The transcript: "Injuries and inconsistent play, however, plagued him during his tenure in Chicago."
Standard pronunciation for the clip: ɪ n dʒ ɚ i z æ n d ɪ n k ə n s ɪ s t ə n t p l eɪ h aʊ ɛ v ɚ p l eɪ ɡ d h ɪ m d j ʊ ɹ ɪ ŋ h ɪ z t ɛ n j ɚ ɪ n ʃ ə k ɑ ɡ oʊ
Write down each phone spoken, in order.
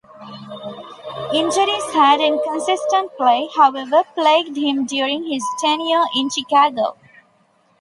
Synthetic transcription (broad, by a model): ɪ n dʒ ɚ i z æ d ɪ n k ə n s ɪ s t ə n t p l eɪ h aʊ ɛ v ɚ p l eɪ ɡ d h ɪ m d j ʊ ɹ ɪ ŋ h ɪ z t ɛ n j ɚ ɪ n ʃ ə k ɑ ɡ oʊ